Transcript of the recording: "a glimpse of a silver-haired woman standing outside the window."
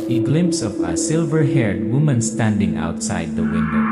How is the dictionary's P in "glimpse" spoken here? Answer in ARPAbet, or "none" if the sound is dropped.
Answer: P